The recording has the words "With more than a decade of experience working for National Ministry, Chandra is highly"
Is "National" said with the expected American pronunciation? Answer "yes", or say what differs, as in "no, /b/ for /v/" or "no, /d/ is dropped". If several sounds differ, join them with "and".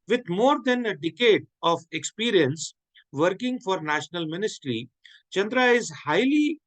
yes